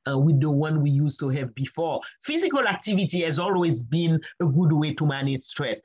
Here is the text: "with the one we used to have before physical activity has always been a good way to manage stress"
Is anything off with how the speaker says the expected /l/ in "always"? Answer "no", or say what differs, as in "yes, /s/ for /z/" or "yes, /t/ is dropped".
no